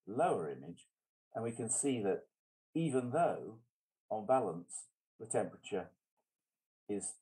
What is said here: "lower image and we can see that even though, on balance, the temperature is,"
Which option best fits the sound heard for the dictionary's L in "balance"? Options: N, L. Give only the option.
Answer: L